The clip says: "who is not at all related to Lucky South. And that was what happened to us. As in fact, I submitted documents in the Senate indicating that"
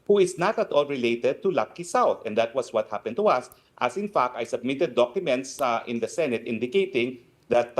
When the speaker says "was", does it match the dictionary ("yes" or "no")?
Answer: no